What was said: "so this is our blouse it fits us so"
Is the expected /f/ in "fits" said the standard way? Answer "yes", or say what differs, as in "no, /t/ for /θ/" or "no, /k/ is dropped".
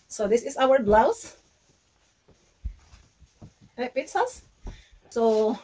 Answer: no, /p/ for /f/